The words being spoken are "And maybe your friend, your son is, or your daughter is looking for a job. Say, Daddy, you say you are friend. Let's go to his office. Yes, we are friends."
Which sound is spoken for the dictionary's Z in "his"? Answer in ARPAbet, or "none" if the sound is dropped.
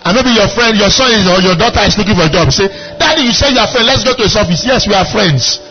S